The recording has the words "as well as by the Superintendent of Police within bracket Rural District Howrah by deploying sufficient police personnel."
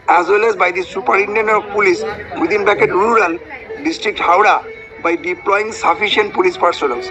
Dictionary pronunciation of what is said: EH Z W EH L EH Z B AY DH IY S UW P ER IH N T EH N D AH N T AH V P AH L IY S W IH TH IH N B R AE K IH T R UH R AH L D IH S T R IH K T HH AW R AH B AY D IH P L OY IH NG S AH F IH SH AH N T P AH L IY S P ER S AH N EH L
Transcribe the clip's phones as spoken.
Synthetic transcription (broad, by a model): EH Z W EH L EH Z B AY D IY S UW P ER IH T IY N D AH N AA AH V P AH L IY S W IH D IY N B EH K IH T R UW R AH L D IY S T R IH K T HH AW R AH B AY D IH P L OY IH NG S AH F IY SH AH N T P AH L IY S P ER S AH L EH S